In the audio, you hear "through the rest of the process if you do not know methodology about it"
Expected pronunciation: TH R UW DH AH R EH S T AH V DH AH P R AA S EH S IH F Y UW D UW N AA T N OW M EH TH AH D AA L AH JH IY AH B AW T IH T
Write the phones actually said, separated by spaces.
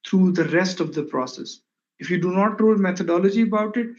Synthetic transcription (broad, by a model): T R UW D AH R EH S T AH V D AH P R AA S EH S IH F Y UW D UW N AA T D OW M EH T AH D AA L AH JH IY AH B AW T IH T